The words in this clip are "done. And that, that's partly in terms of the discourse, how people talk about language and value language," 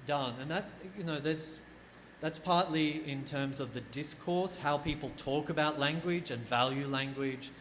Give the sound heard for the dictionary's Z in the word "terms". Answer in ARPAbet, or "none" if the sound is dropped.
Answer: Z